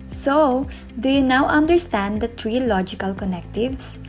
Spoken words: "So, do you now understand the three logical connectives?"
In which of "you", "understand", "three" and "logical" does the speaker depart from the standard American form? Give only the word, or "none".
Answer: three